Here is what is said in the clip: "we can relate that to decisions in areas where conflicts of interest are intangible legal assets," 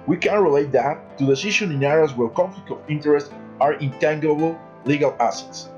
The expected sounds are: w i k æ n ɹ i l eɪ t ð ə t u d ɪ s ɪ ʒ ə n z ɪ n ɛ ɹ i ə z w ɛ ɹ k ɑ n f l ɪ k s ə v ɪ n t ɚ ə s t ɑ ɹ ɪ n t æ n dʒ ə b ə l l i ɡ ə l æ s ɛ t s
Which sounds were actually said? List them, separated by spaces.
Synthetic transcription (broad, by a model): w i k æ n ɹ i l eɪ t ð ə t u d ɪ s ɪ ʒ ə n ɪ n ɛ ɹ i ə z w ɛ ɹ k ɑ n f l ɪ k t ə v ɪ n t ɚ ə s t ɑ ɹ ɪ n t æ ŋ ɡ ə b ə l l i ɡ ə l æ s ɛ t s